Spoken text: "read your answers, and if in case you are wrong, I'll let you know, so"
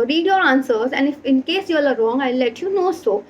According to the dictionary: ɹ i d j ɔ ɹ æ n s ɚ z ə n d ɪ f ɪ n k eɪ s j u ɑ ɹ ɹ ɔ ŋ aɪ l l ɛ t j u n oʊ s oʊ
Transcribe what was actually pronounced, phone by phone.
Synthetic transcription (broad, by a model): ɹ i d j ɔ ɹ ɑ n s ɚ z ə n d ɪ f ɪ n k eɪ s j u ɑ l ɹ ɔ ŋ aɪ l l ɛ t j u n oʊ s oʊ